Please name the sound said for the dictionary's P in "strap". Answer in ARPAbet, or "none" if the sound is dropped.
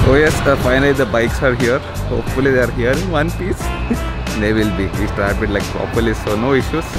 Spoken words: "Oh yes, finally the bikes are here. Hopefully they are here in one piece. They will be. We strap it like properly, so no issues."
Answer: B